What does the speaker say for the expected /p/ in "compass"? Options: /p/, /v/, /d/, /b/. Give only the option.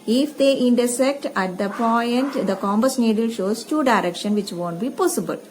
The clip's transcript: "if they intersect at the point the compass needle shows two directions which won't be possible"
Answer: /b/